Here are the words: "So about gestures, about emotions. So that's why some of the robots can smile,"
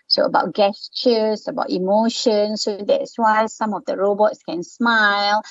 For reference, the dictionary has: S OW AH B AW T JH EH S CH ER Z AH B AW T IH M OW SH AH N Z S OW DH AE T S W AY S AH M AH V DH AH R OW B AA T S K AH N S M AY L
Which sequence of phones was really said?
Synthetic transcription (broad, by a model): S OW AH B AW T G EH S CH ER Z AH B AW T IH M OW SH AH N S OW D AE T S W AY S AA M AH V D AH R OW B AA T S K AH N S M AY L